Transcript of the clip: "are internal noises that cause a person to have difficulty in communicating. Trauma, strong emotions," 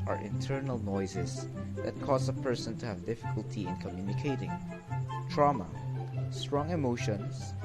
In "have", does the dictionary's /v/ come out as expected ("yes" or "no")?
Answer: yes